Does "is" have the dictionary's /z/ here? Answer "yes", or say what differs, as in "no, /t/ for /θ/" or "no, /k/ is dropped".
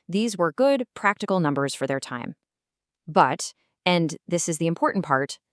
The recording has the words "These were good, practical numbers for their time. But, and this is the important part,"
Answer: yes